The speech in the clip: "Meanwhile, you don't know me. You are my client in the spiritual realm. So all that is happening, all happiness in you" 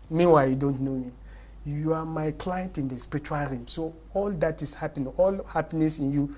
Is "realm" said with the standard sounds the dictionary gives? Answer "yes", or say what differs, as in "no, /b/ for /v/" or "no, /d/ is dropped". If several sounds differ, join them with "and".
no, /l/ is dropped